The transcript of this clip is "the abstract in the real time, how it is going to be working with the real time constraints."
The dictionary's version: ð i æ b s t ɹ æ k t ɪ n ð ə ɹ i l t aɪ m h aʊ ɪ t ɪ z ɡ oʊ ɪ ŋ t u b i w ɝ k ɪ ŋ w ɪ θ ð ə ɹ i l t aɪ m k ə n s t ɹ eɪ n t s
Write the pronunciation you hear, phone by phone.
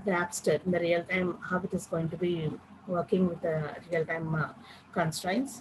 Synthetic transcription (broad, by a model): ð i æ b s t ʌ t ɪ n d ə ɹ i l t aɪ m h aʊ ɪ t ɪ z ɡ oʊ ɪ ŋ t u b i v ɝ k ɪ ŋ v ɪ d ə ɹ i l t aɪ m k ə n s t ɹ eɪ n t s